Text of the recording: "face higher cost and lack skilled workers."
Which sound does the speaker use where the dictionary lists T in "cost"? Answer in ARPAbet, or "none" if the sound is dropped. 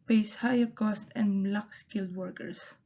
T